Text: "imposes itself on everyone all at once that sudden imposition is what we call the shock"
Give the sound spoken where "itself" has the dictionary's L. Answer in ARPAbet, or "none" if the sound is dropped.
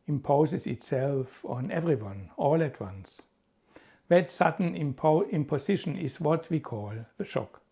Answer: L